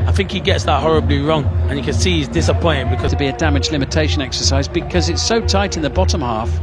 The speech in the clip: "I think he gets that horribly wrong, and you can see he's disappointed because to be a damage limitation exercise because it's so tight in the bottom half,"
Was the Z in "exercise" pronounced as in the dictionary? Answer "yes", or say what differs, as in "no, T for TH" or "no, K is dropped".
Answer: yes